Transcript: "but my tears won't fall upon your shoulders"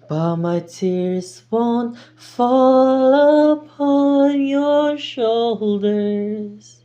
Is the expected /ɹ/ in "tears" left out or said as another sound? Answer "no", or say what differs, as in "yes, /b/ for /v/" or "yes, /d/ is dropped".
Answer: no